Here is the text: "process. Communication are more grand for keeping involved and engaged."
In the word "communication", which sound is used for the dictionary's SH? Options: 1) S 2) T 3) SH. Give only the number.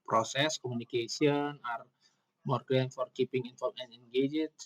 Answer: 1